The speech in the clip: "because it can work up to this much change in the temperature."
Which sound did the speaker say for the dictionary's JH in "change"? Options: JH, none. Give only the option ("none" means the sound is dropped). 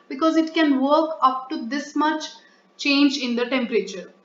JH